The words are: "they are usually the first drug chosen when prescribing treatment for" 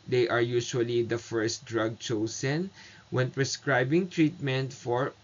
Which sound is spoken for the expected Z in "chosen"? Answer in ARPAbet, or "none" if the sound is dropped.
S